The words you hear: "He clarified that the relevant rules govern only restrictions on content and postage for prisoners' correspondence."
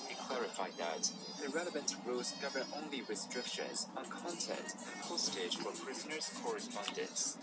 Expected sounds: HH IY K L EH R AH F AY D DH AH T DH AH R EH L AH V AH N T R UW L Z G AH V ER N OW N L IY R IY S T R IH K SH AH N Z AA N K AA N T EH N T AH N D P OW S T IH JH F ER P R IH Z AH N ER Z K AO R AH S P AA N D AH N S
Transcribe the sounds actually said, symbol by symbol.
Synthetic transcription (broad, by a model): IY K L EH R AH F AY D DH AH T DH AH R EH L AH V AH N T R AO Z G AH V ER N OW N L IY R IY S T R IH K SH AH N Z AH N K AA N T EH N T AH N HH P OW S T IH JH F ER P R IH Z AH N ER Z K AO R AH S P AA N D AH N S